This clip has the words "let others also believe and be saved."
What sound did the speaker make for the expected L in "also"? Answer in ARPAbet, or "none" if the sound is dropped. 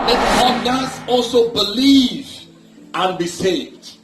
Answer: L